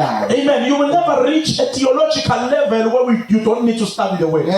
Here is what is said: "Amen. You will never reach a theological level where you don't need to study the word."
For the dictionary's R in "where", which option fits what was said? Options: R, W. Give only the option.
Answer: W